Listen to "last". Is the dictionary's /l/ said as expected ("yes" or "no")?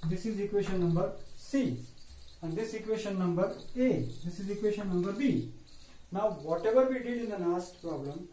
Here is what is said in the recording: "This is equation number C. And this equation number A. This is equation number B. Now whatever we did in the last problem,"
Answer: no